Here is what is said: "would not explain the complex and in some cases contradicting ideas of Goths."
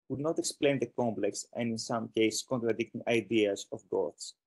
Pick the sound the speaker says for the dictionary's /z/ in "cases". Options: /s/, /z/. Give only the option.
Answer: /s/